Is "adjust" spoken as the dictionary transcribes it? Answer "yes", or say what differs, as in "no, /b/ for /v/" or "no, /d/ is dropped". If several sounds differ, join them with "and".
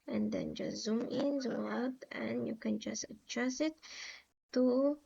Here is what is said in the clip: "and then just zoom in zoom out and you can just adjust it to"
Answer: no, /tʃ/ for /dʒ/ and /t/ is dropped